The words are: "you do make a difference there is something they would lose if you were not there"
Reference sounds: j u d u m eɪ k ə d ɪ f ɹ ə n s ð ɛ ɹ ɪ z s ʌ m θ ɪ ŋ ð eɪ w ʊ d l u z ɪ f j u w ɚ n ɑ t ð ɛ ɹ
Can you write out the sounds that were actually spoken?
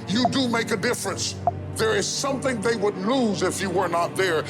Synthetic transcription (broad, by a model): j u d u m eɪ k ə d ɪ f ɹ ə n s ð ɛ ɹ ɪ z s ʌ m θ ɪ ŋ ð eɪ w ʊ d l u z ɪ f j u w ɚ n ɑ t ð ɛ ɹ